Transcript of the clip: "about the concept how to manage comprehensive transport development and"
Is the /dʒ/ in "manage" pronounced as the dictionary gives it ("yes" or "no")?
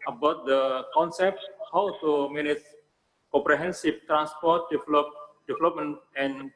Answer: no